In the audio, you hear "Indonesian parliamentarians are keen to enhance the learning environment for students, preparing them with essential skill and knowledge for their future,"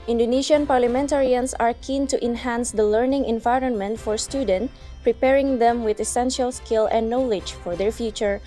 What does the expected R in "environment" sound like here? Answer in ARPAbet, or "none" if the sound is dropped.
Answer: R